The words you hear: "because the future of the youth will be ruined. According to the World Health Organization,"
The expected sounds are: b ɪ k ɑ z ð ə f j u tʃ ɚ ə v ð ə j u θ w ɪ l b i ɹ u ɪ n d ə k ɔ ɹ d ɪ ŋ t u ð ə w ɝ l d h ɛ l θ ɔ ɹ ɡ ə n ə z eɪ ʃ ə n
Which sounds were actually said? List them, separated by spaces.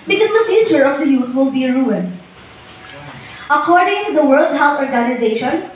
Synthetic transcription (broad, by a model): b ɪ k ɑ z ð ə f j u tʃ ɚ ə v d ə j u t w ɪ l b i ɹ u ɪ n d ə k ɔ ɹ d ɪ ŋ t u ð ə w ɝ l d h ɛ l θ ɔ ɹ ɡ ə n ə z eɪ ʃ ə n